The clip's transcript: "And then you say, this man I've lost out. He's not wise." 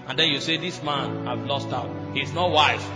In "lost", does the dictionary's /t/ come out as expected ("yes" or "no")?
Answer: yes